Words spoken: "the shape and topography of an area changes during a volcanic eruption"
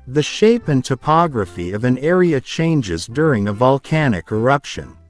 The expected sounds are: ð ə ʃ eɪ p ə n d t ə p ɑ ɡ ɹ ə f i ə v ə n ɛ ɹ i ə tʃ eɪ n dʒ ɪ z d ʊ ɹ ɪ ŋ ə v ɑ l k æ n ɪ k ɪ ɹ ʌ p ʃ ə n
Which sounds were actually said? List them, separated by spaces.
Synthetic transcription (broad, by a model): ð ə ʃ eɪ p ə n t ə p ɑ ɡ ɹ ə f i ə v ə n ɛ ɹ i ə tʃ eɪ n dʒ ɪ z d ʊ ɹ ɪ ŋ ə v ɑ l k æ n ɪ k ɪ ɹ ʌ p ʃ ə n